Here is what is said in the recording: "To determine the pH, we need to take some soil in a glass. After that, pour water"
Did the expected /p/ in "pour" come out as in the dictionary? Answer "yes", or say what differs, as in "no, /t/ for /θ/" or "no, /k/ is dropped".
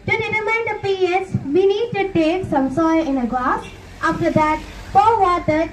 no, /f/ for /p/